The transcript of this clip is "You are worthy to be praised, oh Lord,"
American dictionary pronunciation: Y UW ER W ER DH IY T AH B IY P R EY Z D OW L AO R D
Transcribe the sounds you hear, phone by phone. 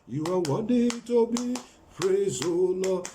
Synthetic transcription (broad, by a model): Y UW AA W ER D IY T AH B IY P R EY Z OW L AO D